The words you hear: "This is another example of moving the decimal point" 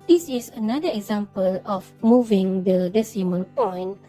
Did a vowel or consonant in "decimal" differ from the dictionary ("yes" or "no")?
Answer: yes